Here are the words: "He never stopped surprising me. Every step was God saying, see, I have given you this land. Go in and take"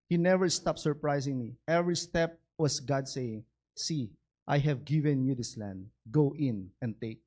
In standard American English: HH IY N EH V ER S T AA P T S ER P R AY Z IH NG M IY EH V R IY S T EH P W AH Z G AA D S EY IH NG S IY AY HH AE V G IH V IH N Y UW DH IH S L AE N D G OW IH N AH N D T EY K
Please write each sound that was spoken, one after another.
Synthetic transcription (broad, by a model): HH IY N EH V ER S T AA P T S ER P R AY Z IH NG M IY EH V R IY S T EH P W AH S G AA D S EY IH NG S IY AY HH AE V G IH V IH N Y UW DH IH S L AE N D G OW IH N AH N T EY K